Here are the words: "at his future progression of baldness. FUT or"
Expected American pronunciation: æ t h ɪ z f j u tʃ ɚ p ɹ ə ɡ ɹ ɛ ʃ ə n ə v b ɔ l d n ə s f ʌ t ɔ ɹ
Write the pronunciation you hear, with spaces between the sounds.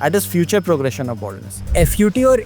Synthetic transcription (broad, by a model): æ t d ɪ s f j u tʃ ɚ p ɹ ə ɡ ɹ ɛ ʃ ə n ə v b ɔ d n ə s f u t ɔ ɹ